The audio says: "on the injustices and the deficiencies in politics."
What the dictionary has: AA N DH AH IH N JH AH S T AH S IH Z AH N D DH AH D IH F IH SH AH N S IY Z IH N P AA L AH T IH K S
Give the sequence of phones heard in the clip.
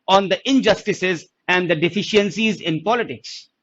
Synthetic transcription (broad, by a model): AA N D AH IH N JH AH S T AH S IH Z AH N D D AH D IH F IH SH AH N S IY Z IH N P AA L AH T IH K S